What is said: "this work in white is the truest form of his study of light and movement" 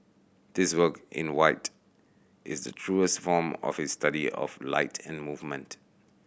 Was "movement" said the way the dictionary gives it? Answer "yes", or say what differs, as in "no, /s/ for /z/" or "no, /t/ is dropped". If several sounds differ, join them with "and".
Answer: yes